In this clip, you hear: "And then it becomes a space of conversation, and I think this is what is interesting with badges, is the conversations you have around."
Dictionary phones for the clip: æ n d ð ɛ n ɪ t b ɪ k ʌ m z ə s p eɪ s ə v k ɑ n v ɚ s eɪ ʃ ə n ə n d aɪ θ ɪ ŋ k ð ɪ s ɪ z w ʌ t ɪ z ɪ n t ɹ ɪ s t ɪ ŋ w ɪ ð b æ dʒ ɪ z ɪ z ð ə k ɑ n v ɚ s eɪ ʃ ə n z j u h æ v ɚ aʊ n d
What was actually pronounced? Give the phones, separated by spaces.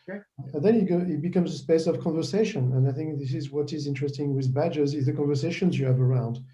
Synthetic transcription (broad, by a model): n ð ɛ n ɪ t b ɪ k ʌ m z ə s p eɪ s ə v k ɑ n v ɚ s eɪ ʃ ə n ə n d aɪ θ ɪ ŋ k ð ɪ s ɪ z w ʌ t ɪ z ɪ n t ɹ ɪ s t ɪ ŋ w ɪ ð b æ dʒ ɪ z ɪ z ð ə k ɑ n v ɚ s eɪ ʃ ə n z j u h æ v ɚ aʊ n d